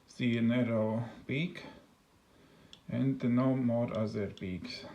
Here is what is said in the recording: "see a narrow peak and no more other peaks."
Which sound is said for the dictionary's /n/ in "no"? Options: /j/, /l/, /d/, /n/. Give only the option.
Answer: /n/